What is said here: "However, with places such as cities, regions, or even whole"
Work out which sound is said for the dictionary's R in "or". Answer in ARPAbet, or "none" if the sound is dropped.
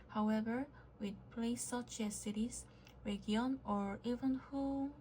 R